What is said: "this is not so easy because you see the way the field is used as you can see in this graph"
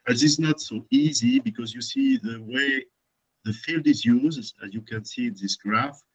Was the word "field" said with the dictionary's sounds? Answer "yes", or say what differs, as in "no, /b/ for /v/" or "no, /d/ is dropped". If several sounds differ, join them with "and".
yes